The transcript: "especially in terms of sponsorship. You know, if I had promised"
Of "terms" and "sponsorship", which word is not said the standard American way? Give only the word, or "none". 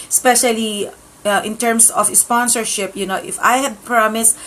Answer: terms